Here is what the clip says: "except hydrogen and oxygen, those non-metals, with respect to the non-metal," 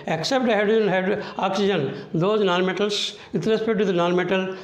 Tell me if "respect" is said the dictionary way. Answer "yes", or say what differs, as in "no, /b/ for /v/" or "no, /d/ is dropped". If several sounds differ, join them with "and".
no, /k/ is dropped